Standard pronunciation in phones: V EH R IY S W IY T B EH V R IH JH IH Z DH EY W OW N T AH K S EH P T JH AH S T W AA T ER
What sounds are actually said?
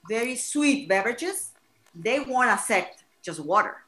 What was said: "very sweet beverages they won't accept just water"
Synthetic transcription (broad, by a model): V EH R IY S W IY T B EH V R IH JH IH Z DH EY W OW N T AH S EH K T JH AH S T W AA T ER